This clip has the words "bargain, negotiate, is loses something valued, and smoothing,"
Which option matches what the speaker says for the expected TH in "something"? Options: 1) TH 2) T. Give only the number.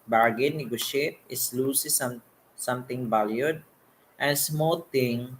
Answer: 2